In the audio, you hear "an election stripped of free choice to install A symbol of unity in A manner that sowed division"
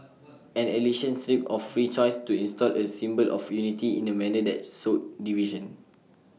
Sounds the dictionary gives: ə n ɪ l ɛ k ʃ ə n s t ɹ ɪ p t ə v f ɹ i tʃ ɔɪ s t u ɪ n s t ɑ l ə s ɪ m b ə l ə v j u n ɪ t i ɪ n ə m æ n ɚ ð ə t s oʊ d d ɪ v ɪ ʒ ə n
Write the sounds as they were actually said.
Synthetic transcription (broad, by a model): ə n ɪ l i ʃ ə n s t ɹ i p ə f ɹ i tʃ ɔɪ s t u ɪ n s t ɑ l ə s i m b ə l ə f j u n ɪ t i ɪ n ə m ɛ n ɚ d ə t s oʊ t d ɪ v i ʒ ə n